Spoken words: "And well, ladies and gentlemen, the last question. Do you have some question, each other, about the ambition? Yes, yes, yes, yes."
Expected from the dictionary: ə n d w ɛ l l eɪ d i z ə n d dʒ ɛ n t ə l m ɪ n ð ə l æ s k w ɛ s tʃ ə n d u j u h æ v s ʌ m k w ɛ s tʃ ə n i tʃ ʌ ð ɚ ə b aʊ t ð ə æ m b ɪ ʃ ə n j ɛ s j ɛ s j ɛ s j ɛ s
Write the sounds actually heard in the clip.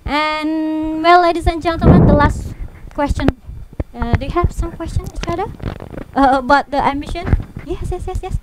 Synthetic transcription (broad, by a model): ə n w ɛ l l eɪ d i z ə n dʒ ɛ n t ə m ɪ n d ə l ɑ s k w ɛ s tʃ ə n d u j u h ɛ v s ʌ m k w ɛ s tʃ ə n i tʃ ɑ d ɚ ə b aʊ t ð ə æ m ɪ ʃ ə n j ɛ s j ɛ s j ɛ s j ɛ s